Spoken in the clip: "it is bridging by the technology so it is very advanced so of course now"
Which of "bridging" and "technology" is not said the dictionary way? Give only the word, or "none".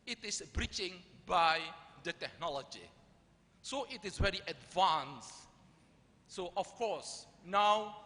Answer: bridging